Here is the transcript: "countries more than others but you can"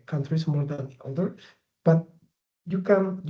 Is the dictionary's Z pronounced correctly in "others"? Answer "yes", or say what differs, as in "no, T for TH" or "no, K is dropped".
no, Z is dropped